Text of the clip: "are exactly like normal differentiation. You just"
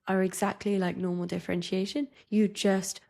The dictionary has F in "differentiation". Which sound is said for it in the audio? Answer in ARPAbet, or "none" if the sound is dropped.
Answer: F